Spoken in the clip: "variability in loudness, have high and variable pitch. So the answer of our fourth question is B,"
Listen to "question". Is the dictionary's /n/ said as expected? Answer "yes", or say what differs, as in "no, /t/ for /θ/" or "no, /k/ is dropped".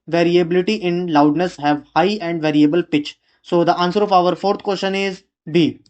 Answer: yes